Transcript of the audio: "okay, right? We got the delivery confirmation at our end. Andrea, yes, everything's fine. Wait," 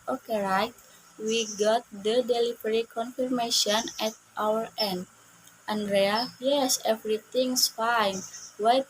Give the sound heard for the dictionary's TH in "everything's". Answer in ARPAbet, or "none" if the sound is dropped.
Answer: T